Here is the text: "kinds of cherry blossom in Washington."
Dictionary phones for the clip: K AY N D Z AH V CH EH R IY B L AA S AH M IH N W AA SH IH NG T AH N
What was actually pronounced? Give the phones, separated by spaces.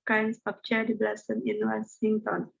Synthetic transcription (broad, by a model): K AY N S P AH P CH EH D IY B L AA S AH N IH N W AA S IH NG T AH N